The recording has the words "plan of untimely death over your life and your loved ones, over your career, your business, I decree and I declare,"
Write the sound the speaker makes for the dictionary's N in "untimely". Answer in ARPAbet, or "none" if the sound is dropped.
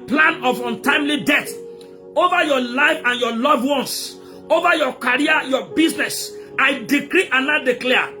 N